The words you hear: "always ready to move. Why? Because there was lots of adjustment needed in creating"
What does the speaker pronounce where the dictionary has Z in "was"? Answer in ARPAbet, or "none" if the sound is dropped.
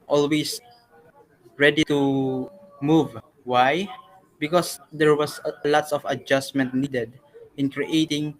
S